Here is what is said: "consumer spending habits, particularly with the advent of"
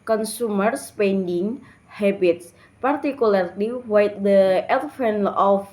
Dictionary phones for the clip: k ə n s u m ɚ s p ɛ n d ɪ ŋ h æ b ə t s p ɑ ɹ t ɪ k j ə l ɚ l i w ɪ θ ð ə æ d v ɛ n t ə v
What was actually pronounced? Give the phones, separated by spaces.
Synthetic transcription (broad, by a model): k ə n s u m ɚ s p ɛ n d ɪ ŋ h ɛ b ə t s p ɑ ɹ t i k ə l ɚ l i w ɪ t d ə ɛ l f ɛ n ə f